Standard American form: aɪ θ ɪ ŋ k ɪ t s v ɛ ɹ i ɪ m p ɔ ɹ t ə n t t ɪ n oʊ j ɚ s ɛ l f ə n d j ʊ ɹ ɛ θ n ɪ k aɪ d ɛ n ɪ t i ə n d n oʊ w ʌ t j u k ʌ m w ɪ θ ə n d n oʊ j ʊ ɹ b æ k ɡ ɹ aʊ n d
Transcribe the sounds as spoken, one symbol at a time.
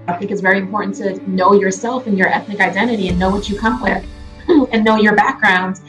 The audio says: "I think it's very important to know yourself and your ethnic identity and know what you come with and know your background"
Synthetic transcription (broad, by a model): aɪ θ ɪ ŋ k ɪ t s v ɛ ɹ i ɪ m p ɔ ɹ t n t t ɪ n oʊ j ɚ s ɛ l f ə n j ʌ ɹ ɛ θ n ɪ k aɪ d ɛ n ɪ t i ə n n oʊ w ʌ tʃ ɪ k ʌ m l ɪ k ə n n oʊ j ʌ ɹ b æ k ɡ ɹ aʊ n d